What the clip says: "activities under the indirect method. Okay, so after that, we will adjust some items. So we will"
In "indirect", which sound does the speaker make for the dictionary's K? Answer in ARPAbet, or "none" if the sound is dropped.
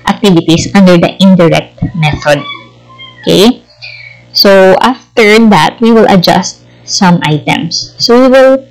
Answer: K